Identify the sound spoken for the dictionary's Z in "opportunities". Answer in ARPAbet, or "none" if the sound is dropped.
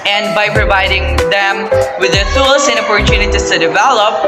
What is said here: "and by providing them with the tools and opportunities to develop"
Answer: S